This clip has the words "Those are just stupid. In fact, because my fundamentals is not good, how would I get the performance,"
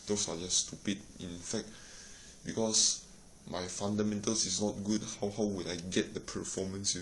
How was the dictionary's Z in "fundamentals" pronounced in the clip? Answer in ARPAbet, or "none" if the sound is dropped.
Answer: S